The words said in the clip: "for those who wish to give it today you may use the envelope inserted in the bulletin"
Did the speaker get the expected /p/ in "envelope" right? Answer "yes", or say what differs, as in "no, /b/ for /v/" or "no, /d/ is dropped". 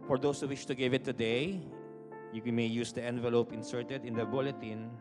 yes